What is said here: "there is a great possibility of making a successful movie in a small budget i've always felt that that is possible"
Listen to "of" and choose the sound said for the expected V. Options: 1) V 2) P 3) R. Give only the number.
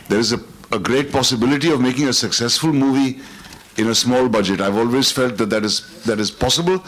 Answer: 1